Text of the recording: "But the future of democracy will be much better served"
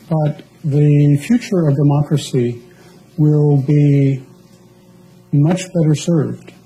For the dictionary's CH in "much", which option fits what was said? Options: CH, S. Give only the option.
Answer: CH